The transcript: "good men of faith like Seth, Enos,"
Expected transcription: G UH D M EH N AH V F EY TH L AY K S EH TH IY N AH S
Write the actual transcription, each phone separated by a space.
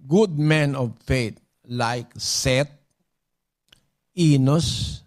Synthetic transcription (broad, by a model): G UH D M EH N AH V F EY T L AY K S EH T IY N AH S